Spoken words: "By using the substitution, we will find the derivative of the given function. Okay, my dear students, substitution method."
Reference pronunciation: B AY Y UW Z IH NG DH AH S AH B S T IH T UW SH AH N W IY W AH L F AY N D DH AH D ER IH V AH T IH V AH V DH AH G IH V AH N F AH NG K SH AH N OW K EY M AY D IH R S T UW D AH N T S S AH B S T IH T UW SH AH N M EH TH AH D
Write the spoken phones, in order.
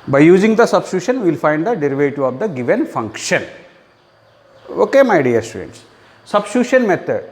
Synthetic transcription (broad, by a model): B AY Y UW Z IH NG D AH S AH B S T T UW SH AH N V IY L F AY N D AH D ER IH V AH T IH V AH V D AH G IH V AH N F AH NG K SH AH N OW K EY M AY D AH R S T UW D AH N T S S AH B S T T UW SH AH N M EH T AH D